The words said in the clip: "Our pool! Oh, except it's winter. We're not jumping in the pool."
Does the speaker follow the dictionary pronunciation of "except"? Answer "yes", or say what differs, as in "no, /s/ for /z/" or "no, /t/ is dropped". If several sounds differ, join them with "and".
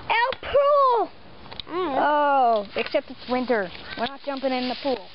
yes